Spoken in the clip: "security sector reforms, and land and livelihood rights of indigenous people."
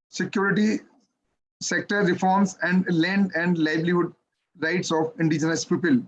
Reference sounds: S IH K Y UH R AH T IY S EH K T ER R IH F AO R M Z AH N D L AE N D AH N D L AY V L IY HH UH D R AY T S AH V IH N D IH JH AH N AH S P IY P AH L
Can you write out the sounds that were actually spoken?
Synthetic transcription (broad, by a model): S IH K Y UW R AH T IY S EH K T ER R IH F AO R M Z AH N D L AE N D AH N D L AY B L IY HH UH D R AY T S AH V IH N D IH JH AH N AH S P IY P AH L